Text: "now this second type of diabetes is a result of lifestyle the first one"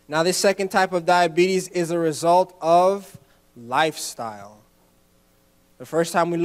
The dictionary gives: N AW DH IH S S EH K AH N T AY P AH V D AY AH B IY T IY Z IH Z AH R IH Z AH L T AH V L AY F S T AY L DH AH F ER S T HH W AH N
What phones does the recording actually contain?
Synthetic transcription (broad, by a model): N AW DH IH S S EH K AH N T AY P AH V D AY AH B IY T IY Z IH Z AH R IH Z AH L T AH V L AY F S T AY L DH AH F ER S T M W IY